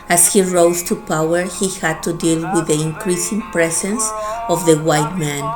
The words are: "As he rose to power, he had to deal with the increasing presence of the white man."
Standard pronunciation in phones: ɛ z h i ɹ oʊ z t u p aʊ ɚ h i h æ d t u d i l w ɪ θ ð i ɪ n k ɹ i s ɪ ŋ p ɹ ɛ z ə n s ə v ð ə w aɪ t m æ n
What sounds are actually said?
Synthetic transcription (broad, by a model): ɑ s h i ɹ oʊ s t u p aʊ ɚ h i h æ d t u d i l w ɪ ð i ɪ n k ɹ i s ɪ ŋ p ɹ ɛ s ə n s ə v ð ə w aɪ t m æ n